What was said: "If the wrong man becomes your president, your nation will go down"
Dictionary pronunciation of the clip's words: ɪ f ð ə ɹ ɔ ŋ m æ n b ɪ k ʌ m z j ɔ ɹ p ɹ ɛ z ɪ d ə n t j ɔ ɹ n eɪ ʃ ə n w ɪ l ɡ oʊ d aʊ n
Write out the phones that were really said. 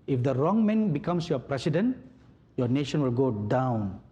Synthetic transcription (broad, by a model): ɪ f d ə ɹ ɔ ŋ m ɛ n b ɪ k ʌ m s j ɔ p ɹ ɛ s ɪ d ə n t j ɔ n eɪ ʃ ə n w ɪ l ɡ oʊ d aʊ n